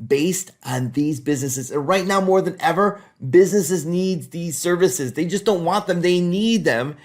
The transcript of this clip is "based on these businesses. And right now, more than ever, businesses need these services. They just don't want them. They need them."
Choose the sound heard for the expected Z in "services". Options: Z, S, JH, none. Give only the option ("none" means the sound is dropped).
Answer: Z